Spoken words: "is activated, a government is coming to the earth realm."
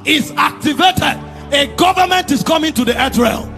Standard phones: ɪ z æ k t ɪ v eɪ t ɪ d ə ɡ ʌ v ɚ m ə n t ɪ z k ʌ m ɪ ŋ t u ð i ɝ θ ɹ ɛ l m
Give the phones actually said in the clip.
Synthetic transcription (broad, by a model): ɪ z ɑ k t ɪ v eɪ t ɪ d ə ɡ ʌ v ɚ m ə n t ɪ s k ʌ m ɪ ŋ t u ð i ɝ t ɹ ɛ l